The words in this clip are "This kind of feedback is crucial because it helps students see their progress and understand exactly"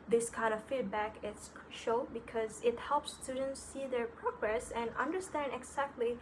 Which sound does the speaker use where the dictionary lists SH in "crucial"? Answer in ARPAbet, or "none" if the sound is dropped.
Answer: none